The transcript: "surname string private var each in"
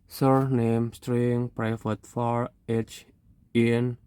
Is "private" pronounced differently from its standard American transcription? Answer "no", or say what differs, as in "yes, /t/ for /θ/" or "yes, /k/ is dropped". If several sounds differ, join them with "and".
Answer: yes, /f/ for /v/